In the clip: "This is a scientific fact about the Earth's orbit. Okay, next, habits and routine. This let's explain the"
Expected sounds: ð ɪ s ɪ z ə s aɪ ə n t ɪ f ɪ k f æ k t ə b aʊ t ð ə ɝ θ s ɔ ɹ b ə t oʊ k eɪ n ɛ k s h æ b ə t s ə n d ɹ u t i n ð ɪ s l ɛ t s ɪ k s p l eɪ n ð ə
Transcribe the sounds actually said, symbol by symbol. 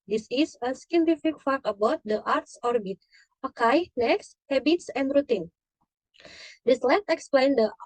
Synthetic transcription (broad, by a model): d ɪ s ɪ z ə s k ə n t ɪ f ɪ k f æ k ə b aʊ t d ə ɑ t s ɔ ɹ b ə t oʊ k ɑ n ɛ k s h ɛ b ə t s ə n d ɹ u t i n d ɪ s l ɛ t ɪ k s p l eɪ n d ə